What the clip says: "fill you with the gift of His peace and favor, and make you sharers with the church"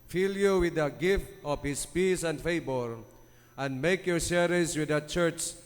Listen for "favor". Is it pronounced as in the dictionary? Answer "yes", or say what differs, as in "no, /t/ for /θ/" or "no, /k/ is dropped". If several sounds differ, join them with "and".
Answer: no, /b/ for /v/